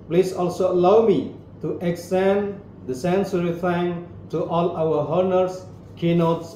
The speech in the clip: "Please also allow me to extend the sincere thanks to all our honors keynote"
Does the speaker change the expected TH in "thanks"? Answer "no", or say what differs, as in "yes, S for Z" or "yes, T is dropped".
yes, F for TH